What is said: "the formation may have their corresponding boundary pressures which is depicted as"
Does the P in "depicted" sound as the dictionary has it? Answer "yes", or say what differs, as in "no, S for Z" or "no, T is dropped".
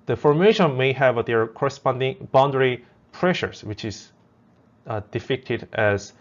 no, F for P